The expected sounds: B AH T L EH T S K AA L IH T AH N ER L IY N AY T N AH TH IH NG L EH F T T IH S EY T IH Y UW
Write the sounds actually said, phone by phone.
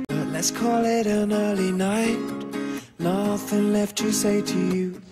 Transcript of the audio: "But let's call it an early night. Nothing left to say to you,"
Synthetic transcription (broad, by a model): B AH T L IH T S K AA L IH T AH N ER L IY N AY T N AH TH IH NG L EH F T T IH S EY T IH Y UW